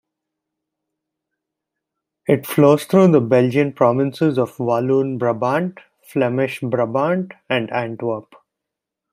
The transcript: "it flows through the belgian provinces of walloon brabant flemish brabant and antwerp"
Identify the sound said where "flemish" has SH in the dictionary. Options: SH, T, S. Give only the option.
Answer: SH